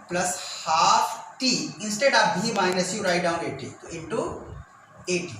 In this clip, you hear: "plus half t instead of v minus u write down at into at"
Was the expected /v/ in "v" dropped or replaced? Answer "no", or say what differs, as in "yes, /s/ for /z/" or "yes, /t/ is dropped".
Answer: yes, /b/ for /v/